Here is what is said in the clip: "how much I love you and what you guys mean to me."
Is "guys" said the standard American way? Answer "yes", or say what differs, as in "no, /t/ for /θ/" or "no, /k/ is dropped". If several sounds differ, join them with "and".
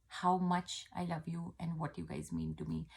yes